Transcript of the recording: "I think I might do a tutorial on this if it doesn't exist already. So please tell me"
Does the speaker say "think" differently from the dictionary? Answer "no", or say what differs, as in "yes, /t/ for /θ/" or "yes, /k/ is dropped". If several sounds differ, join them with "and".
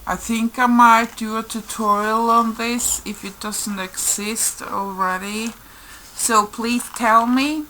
no